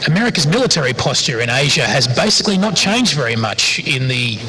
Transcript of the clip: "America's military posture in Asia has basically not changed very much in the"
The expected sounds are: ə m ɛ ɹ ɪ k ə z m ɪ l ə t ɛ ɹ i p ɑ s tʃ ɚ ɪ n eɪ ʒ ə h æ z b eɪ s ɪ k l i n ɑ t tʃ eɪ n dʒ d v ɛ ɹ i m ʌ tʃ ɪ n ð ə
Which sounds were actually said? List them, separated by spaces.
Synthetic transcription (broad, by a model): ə m ɛ ɹ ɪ k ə z m ɪ l ə t ɛ ɹ i p ɑ s tʃ ɚ ɪ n eɪ ʒ ə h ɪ z b eɪ s ɪ k l i n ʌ t tʃ eɪ n dʒ d v ɛ ɹ i m ʌ tʃ ɪ n ð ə